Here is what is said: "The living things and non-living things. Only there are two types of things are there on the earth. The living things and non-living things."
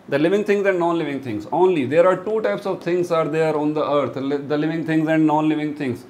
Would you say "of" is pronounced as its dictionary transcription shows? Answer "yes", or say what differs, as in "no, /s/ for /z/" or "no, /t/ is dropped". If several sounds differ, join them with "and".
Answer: yes